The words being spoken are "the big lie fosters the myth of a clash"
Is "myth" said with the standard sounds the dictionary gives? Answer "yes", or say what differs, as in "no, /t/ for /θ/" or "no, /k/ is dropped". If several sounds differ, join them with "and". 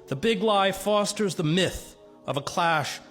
yes